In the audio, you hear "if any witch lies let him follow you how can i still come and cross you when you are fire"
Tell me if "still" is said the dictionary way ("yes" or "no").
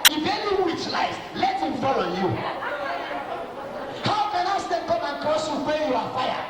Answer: no